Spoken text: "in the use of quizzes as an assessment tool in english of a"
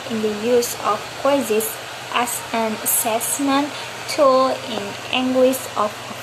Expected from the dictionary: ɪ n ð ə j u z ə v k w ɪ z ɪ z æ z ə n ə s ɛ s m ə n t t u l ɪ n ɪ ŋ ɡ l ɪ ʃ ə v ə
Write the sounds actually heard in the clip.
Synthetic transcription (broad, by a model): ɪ n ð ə j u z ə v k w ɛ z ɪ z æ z ə n ə s ɛ s m ə n t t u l ɪ n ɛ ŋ ɡ w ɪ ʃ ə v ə